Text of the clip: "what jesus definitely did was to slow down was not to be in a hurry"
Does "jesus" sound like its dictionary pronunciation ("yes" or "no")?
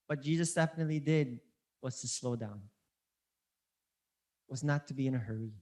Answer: yes